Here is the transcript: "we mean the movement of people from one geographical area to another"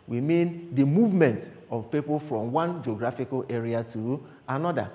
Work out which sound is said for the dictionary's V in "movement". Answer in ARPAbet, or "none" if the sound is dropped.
V